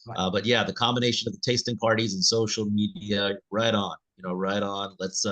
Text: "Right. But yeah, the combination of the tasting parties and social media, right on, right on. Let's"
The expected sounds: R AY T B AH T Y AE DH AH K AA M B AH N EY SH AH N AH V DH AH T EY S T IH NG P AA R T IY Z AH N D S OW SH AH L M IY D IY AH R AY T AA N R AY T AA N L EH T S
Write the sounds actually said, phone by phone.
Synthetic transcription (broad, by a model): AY B AH T Y AE DH AH K AA M B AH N EY SH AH N AH V DH AH T EY S T IH NG P AA R T IY Z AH N S OW SH L M IY D IY AH R AY T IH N R AY T N L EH T S